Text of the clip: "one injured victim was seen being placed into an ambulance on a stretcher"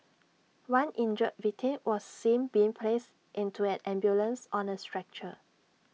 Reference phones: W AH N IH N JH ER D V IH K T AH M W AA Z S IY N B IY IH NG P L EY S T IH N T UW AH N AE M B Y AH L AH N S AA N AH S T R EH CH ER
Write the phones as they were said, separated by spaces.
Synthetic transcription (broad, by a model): W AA N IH N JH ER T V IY T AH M W AA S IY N B IY IH NG P L EY S T IH N T UW AH N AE M B Y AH L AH N S AA N AH S T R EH CH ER